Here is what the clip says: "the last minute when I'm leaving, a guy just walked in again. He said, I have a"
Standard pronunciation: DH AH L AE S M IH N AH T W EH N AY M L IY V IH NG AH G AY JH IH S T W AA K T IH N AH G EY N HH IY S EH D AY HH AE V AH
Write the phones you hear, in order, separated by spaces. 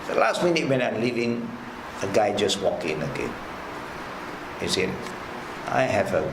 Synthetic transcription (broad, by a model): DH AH L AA S M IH N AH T W EH N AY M L IY V IH NG AH G AY JH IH S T W AA K IH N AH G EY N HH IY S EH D AY HH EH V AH